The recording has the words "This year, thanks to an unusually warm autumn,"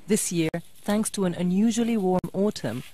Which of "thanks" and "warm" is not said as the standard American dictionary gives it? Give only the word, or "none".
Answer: none